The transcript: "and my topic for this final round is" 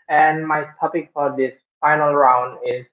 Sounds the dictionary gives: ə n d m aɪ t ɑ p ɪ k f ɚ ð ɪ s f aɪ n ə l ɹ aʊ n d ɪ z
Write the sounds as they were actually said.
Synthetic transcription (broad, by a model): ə n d m aɪ t ɑ p ɪ k f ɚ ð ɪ s f aɪ n ə l ɹ aʊ n d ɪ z